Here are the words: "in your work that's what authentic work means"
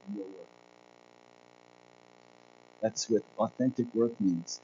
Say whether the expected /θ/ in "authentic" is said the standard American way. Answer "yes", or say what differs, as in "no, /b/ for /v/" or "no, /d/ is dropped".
yes